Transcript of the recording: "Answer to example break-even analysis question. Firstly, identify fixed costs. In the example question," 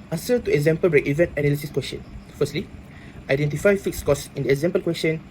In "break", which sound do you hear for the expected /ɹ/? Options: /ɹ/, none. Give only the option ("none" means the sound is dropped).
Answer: /ɹ/